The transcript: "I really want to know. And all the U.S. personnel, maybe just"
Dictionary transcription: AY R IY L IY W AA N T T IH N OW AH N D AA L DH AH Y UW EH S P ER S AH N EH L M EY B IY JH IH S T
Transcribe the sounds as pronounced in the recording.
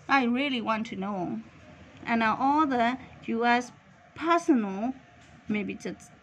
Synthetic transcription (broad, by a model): AY R IY L IY W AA N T T IH N OW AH N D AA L DH AH Y UW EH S P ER S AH N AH L M EY B IY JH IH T